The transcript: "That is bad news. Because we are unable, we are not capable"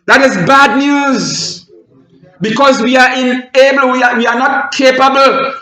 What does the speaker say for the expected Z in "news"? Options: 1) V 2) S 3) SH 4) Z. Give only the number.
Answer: 4